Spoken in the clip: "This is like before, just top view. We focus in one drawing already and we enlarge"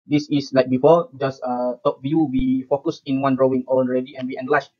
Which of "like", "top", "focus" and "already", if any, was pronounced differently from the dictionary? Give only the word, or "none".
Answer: already